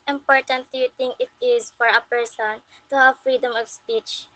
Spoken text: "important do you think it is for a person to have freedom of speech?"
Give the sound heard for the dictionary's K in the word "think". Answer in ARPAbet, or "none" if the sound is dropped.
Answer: none